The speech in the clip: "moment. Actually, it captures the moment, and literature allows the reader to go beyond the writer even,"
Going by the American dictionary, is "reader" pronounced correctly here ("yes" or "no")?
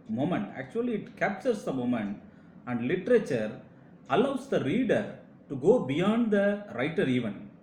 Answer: yes